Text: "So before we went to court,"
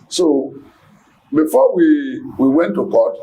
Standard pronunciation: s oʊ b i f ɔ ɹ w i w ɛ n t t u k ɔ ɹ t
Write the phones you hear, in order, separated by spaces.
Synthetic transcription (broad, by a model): s oʊ b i f ɔ w w i w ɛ n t t u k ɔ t